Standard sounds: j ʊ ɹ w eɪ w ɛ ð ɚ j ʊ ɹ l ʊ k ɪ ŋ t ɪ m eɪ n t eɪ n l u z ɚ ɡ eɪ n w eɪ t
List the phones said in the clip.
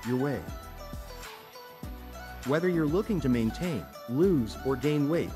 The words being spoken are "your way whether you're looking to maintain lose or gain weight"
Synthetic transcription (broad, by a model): j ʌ ɹ w eɪ w ɛ ð ɚ j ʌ ɹ l ʊ k ɪ ŋ t ɪ m eɪ n t eɪ n l u z ɚ ɡ eɪ n w eɪ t